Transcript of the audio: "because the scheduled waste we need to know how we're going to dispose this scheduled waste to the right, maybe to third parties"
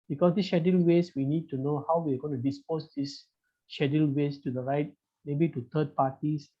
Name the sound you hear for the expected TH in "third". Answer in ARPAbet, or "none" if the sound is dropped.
T